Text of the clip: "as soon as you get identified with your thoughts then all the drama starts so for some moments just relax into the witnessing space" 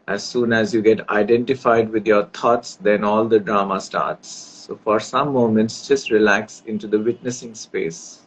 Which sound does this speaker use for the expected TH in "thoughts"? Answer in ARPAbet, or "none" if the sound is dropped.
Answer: T